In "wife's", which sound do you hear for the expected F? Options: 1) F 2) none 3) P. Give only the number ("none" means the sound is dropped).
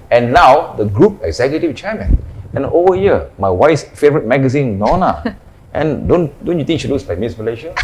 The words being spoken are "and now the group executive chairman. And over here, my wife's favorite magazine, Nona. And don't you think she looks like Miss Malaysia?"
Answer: 2